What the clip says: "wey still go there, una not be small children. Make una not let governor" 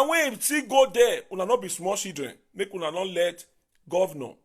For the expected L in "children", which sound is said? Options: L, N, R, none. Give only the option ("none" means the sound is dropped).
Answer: none